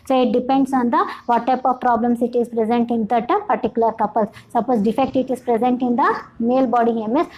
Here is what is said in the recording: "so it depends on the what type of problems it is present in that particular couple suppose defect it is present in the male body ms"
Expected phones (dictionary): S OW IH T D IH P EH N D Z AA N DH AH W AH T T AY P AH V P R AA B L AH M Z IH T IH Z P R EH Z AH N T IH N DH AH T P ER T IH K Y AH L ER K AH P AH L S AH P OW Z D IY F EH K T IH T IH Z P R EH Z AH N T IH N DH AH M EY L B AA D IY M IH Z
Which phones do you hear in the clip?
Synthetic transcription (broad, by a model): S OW IH T D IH P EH N D S AA N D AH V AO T T AY P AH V P R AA B L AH M S IH T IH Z P R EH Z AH N T IH N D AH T P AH T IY K Y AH L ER K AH P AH L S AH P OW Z D IY F EH K T IH T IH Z P R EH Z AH N T IH N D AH M EY L B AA D IY M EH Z